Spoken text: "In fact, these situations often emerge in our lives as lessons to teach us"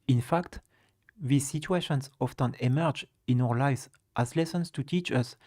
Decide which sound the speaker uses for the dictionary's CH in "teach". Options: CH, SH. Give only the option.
CH